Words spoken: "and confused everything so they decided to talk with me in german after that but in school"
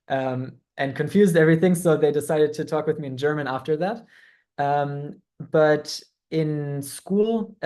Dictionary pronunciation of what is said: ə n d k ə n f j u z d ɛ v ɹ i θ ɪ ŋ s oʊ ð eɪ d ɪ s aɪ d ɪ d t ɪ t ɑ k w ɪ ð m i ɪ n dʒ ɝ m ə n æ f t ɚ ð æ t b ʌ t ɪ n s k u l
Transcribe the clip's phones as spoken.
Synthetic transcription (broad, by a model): ə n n k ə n f j u z d ɛ v ɹ i θ ɪ ŋ s oʊ ð eɪ d ɪ s aɪ d ɪ d t ɪ t ɑ k w ɪ ð m i ɪ n dʒ ɝ m ə n æ f t ɚ ð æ t b ʌ t ɪ n s k u l